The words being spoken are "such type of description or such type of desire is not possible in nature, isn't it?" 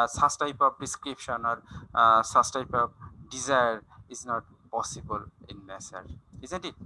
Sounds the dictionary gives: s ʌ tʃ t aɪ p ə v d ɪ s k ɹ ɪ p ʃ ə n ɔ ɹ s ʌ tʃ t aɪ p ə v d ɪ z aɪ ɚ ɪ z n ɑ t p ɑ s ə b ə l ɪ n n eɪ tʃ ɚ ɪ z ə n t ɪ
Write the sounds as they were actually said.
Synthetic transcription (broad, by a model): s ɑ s t aɪ p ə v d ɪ s k ɹ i p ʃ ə n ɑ ɹ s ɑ s t aɪ p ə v d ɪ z aɪ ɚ ɪ z n ɑ t p ɑ s ə b ə l ɪ n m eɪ s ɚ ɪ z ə n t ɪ